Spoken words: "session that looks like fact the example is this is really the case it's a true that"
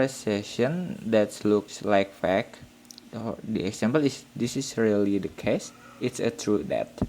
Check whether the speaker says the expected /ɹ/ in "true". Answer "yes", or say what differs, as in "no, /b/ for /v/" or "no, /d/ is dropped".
yes